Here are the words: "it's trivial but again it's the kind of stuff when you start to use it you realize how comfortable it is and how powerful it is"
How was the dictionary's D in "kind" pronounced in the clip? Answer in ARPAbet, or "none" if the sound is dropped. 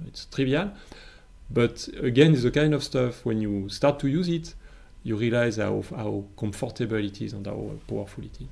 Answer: D